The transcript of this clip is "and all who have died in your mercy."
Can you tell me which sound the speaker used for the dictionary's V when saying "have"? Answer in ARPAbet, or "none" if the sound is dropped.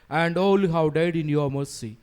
W